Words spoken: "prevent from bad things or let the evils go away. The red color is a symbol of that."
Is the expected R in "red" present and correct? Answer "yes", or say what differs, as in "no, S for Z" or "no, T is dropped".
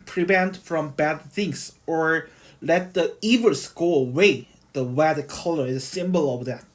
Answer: no, W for R